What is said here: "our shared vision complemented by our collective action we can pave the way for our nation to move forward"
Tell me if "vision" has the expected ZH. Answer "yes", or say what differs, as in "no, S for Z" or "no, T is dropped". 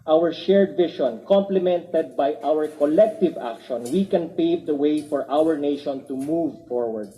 no, SH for ZH